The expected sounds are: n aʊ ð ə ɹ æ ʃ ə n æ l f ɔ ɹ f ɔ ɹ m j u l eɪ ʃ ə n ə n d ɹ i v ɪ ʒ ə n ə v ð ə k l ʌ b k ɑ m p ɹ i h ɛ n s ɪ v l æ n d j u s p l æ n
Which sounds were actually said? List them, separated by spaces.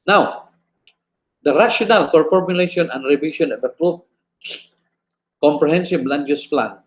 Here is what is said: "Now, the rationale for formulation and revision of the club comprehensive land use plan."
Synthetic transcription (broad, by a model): n aʊ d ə ɹ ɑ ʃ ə n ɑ l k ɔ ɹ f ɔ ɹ m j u l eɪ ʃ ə n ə n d ɹ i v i ʃ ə n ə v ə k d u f k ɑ m p ɹ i h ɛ n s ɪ b l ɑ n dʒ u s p l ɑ n